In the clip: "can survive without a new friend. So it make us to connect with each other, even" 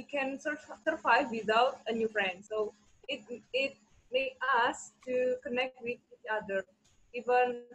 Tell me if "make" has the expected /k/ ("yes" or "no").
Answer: no